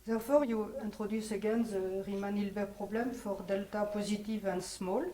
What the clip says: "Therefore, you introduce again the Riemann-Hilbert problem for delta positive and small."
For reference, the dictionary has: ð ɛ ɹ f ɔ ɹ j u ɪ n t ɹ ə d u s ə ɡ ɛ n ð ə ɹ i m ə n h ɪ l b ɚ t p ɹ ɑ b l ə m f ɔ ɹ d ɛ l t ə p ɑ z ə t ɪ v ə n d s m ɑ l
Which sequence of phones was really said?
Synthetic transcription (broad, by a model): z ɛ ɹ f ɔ ɹ j u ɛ t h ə d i s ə ɡ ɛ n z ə ɹ i m ə n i l b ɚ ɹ p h ɑ b l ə m f ɔ ɹ d ɛ l t ə p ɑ z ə t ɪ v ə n s m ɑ l